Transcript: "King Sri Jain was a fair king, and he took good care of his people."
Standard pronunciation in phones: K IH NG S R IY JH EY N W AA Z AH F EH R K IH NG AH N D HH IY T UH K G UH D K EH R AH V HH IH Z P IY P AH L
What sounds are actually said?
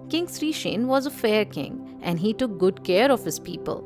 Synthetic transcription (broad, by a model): K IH NG S R IY SH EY N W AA Z AH F EH R K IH NG AH N D HH IY T UH K G UH D K EH R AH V HH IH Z P IY P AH L